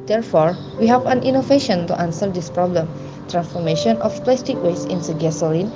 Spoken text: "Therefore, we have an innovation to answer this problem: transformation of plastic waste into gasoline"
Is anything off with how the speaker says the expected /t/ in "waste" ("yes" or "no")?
yes